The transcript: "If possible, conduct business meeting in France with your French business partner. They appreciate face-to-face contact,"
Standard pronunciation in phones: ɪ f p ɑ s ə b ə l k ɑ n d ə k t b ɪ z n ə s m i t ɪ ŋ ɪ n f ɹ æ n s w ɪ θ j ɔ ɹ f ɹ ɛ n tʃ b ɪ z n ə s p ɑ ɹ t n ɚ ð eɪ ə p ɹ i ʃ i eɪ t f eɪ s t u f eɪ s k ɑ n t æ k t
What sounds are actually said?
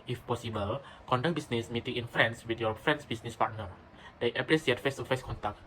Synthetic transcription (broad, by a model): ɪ f p ɑ s ə b ə l k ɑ n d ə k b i s n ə s m i t ɪ ŋ ɪ n f ɹ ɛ n s w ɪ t j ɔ f ɹ ɛ n s b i s n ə s p ɑ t n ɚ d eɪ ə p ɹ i s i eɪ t f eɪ s t u f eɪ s k ɑ n t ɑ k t